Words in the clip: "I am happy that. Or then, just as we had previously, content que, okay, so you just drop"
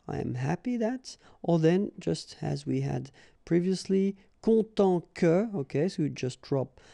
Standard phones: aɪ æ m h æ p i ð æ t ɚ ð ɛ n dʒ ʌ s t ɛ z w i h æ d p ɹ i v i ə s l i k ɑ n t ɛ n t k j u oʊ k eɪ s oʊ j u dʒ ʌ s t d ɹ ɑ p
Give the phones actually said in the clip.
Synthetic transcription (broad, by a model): aɪ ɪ m h æ p i ð æ t ɚ ð ɛ n dʒ ʌ s t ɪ z w i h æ d p ɹ i v i ə s l i k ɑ t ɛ k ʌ oʊ k eɪ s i dʒ ʌ s t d ɹ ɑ p